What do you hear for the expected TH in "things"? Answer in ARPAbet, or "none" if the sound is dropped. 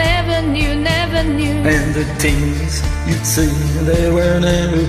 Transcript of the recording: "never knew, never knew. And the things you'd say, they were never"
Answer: T